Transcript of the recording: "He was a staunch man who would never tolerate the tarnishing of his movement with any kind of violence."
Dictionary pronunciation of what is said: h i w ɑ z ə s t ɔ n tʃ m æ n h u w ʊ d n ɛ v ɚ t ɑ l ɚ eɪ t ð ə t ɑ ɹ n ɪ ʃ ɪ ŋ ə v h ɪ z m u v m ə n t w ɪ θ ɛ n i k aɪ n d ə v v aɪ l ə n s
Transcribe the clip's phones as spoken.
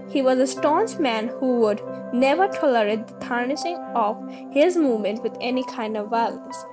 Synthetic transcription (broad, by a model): h i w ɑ z ə s t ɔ n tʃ m æ n h u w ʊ d n ɛ v ɚ t ɑ l ɚ eɪ t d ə t ɑ ɹ n ɪ ʃ ɪ ŋ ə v h ɪ z m u v m ə n t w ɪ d ɛ n i k aɪ n d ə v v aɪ l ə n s